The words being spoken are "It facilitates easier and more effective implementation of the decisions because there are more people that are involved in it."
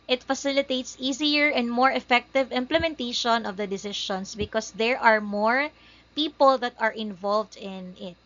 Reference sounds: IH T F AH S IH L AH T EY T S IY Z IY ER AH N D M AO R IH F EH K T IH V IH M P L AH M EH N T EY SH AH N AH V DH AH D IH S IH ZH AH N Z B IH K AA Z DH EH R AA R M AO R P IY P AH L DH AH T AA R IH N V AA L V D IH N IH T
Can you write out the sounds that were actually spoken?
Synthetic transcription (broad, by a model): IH T F AH S IH L AH T EY T S IY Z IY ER AH N D M AO R IH F EH K T IH V IH M P L AH M EH N T EY SH AH N AH V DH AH D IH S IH SH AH N S B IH K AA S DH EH R AA R M AO R P IY P AH L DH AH T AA R IH N V AA L V D IH N IH T